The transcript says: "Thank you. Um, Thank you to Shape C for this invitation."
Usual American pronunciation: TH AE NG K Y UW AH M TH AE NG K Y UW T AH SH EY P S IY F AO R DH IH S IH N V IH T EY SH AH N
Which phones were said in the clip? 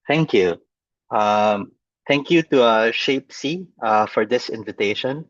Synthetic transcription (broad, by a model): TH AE NG K Y UW AH M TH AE NG K Y UW T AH SH EY P S IY F AO R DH IH S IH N V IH T EY SH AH N